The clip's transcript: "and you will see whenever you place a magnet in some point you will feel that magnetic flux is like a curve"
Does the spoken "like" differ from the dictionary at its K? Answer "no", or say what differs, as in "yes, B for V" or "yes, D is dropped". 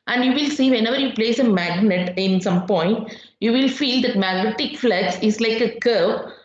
no